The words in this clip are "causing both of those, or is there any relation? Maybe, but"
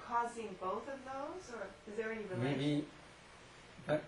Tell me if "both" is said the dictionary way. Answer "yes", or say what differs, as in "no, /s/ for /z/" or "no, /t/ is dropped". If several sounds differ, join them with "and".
yes